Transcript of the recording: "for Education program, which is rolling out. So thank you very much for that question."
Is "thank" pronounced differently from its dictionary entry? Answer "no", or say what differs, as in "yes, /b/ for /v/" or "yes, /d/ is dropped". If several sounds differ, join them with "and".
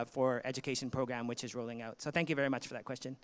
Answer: no